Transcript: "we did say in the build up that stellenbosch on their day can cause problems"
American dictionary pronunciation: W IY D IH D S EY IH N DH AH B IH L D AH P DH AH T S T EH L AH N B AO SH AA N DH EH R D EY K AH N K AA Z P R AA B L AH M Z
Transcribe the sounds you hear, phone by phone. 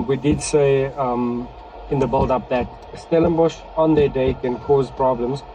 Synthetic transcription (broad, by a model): W IY D IH D S EY IH N DH AH B IH L D AH P DH AH T S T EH L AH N B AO SH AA N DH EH D EY K AH N K AA Z P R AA B L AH M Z